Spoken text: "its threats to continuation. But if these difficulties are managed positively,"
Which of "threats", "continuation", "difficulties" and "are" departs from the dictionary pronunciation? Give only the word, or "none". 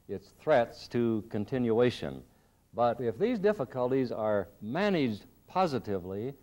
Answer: none